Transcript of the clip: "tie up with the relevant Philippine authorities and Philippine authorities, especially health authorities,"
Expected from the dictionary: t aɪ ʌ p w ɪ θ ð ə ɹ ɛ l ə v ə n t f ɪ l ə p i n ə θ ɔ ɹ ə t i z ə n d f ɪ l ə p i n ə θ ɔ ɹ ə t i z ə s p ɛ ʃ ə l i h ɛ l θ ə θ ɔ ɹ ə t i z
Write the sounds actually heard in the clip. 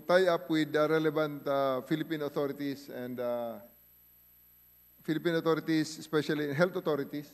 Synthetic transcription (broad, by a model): t aɪ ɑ p w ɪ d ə ɹ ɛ l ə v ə n t f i l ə p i n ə t ɔ ɹ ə t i s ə n d f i l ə p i n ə t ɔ ɹ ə t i s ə s p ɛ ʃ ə l i h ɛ l t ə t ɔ ɹ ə t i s